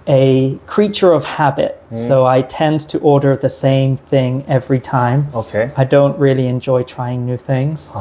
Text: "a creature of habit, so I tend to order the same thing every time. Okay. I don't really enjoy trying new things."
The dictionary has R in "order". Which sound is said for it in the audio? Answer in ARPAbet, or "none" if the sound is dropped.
R